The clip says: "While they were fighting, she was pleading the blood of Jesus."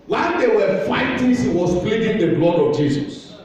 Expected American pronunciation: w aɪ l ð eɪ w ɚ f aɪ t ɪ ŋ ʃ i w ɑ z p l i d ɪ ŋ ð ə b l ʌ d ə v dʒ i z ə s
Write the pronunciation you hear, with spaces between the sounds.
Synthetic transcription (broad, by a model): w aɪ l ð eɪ w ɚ f aɪ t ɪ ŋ s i w ɑ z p l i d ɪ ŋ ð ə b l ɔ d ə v dʒ i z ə s